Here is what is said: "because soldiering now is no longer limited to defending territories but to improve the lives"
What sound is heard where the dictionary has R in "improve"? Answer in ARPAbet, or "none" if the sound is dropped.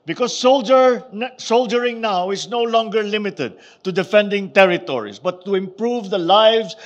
R